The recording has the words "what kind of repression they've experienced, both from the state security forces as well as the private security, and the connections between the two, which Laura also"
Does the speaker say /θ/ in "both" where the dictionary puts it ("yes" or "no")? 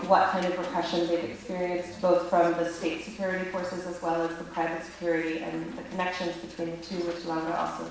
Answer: yes